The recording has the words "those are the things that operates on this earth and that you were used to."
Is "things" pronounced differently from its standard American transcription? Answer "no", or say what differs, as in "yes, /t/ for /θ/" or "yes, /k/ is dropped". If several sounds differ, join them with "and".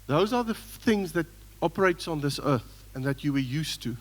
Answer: no